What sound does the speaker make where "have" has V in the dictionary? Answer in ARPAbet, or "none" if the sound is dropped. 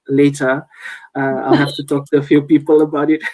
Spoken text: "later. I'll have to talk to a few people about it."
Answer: F